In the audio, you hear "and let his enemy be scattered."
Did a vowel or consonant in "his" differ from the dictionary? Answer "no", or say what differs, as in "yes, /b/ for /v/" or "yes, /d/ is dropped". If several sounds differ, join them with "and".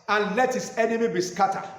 yes, /s/ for /z/